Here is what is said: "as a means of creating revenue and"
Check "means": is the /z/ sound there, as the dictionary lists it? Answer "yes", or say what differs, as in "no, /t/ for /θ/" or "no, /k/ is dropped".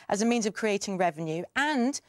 yes